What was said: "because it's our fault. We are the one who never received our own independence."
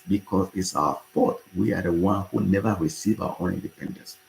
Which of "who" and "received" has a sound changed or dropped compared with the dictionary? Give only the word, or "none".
received